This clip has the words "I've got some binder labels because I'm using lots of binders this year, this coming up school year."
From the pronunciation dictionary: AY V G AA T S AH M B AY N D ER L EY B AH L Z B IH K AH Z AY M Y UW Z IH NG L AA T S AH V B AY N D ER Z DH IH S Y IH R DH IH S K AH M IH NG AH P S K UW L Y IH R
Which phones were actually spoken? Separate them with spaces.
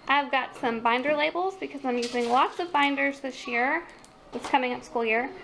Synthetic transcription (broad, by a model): AY V G AA T S AH M B AY N D ER L EY B L Z B IH K AH Z AY M Y UW Z IH NG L AA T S AH V B AY N D ER Z DH IH S Y IH R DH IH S K AH M IH NG AH P S K UW L Y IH R